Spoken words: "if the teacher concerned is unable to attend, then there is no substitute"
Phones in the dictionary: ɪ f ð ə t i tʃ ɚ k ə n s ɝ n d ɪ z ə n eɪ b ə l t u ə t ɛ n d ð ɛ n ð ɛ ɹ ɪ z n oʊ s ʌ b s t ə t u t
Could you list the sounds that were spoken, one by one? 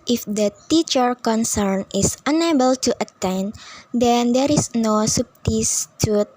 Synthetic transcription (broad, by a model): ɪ f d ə t i tʃ ɚ k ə n s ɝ n ɪ s ə n eɪ b ə l t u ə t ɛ n d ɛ n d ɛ ɹ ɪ s n oʊ s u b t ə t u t